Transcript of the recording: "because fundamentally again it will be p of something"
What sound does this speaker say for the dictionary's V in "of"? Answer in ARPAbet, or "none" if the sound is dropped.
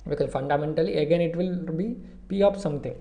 P